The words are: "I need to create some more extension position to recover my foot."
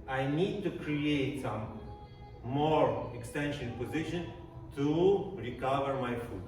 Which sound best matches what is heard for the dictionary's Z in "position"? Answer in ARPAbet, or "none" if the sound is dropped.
Z